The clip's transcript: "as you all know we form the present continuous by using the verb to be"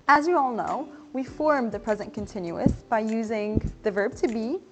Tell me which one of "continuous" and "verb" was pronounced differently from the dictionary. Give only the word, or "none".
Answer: none